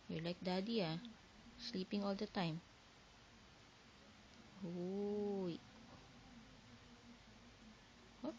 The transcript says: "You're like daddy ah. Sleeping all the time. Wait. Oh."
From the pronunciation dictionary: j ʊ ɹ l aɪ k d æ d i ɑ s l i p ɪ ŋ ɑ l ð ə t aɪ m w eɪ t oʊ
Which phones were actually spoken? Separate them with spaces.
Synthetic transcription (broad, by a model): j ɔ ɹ l aɪ k d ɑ d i ɑ s l i p ɪ ŋ ɑ l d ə t aɪ m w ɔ oʊ